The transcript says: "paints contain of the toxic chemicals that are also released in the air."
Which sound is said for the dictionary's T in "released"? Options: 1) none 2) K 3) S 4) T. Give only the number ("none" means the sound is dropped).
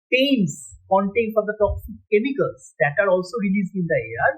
1